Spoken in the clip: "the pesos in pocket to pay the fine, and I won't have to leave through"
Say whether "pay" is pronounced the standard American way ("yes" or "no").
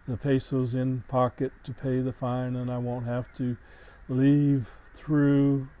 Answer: yes